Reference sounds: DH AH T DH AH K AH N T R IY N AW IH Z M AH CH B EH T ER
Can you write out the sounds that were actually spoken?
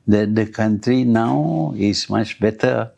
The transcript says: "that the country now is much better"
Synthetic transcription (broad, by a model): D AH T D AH K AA N T R IY N AW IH S M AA CH B EH T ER